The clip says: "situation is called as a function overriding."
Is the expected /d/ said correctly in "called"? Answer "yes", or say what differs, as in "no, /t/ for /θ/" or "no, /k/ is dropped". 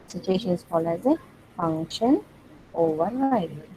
no, /d/ is dropped